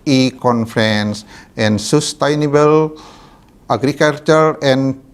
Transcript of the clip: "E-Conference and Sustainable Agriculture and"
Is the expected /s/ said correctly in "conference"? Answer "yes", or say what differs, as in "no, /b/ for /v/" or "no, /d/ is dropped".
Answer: yes